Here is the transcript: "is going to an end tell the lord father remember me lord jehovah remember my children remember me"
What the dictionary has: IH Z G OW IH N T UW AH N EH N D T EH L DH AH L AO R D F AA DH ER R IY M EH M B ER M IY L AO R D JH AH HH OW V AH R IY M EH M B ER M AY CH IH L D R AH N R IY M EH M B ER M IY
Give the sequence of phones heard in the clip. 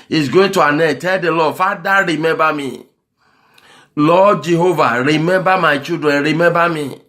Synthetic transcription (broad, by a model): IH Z G OW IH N T UW AH N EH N T EH L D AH L AO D F AA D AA R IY M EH M B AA M IY L AO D JH AH HH OW V AH R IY M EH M B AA M AY CH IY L D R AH N R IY M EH M B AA M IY